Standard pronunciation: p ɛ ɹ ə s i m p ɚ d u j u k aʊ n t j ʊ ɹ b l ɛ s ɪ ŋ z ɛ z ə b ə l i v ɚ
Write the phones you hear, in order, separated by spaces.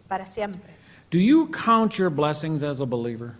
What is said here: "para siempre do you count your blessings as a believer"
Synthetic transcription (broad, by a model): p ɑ ɹ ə s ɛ m p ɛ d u j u k aʊ n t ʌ ɹ b l ɛ s ɪ ŋ z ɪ z ə b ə l i v ɚ